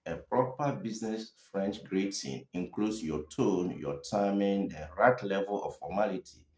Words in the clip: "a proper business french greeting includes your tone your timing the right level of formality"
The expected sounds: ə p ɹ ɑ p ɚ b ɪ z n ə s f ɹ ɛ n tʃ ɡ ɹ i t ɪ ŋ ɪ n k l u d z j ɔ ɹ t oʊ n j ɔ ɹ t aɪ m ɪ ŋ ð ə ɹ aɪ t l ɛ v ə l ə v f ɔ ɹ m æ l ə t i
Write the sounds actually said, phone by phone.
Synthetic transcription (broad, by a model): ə p ɹ ɑ p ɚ b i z n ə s f ɹ ɛ n tʃ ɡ ɹ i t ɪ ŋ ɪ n k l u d s j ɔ t oʊ n j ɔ t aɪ m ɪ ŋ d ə ɹ aɪ t l ɛ v ə l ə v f ɔ m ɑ l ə t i